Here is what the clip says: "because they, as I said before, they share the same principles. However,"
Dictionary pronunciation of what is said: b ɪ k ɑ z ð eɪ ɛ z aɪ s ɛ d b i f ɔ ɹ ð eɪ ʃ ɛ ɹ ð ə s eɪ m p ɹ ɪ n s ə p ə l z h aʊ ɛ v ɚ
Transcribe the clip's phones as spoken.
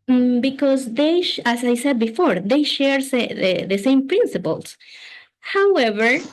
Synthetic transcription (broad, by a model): b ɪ k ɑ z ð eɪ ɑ s aɪ s ɛ d b i f ɔ ɹ ð eɪ ʃ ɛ ɹ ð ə s eɪ m p ɹ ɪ n s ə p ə l s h aʊ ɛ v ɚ